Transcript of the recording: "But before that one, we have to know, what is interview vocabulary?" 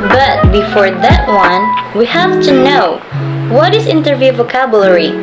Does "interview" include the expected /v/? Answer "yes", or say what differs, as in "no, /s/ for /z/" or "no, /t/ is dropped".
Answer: yes